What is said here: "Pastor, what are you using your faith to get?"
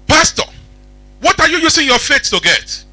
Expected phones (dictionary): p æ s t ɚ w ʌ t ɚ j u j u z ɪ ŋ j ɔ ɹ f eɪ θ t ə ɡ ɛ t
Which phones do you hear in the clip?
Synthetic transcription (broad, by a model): p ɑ s t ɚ w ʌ t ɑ j u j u s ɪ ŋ j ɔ f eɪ s t ə ɡ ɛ t